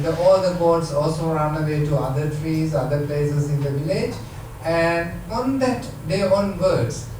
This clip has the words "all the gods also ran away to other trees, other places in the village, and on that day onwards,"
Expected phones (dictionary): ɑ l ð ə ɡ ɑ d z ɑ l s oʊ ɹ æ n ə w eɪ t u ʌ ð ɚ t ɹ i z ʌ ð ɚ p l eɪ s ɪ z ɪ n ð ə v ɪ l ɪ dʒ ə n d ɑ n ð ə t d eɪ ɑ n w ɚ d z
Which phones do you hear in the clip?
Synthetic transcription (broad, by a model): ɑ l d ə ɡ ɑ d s ɑ l s oʊ ɹ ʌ n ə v eɪ t u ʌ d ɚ t ɹ i z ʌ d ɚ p l eɪ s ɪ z ɪ n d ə v ɪ l ɪ dʒ ə n d ɑ n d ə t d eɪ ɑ n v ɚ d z